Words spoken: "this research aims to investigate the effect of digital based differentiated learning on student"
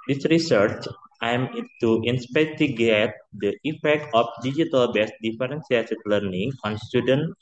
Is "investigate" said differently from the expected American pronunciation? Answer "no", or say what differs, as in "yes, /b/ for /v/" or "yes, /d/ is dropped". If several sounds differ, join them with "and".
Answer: yes, /p/ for /v/ and /s/ is dropped